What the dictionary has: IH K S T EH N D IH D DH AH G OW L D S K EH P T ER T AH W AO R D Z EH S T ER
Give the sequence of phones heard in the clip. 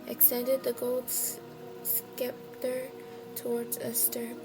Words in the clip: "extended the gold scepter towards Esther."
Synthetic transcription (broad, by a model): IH K S T EH N D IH D DH AH G OW L D S K EH P T ER T AH W AO R D Z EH S T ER